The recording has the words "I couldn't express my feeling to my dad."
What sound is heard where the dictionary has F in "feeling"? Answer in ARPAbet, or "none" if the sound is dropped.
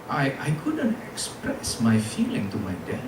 F